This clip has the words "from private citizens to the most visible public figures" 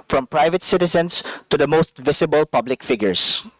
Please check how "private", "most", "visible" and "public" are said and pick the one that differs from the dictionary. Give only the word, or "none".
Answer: visible